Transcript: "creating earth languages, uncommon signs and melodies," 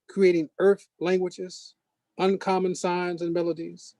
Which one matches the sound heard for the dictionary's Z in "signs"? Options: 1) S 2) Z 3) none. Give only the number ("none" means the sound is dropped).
2